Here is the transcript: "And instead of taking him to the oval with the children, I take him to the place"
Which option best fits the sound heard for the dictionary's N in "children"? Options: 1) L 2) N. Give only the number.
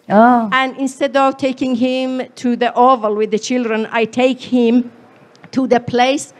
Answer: 2